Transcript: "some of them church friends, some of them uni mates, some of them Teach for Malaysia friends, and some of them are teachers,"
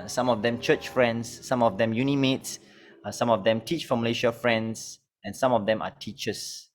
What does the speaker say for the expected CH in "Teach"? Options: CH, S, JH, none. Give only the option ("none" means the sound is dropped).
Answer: CH